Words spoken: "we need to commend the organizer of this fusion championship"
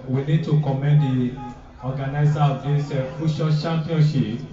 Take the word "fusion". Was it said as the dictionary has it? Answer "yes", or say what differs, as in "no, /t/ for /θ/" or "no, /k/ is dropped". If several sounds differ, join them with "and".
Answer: no, /ʃ/ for /ʒ/